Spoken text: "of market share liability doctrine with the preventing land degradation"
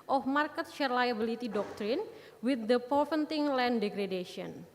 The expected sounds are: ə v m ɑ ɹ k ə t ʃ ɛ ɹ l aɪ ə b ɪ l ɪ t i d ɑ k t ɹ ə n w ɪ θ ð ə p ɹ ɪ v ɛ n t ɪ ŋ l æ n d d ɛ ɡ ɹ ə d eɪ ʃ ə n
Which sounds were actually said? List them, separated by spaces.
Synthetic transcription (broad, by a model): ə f m ɑ ɹ k ə t ʃ ɛ ɹ l aɪ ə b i l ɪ t i d ɑ k t ɹ ə n w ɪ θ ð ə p ɪ f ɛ n t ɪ ŋ l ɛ n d d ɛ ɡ ɹ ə d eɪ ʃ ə n